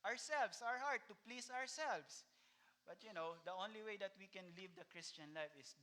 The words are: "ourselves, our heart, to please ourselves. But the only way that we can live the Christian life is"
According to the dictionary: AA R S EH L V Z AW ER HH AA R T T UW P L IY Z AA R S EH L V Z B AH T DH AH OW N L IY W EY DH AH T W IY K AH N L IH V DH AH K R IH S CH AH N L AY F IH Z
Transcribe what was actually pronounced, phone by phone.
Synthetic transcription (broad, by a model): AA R S EH L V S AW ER HH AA R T T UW P L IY S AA R S EH L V S B AH T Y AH OW N L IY W EY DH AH T W IY K AH N L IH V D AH K R IH S CH AH N L AY F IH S